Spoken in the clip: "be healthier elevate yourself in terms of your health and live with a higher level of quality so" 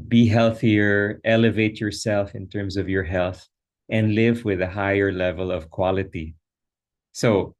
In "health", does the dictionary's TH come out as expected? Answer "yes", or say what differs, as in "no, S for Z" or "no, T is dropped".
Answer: yes